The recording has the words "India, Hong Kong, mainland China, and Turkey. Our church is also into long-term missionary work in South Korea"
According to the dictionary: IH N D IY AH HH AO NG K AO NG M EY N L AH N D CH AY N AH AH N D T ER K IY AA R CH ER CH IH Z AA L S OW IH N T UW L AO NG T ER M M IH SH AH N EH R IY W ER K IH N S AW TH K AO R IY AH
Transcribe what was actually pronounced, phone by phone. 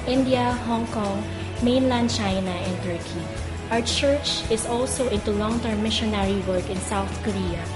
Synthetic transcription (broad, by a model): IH N D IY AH HH AO NG K AO NG M EY N L AH N D CH AY N AH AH N T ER K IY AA W CH ER CH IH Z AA L S OW IH N T UW L AO NG T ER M M IH SH AH N EH R IY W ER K IH N S AW TH K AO R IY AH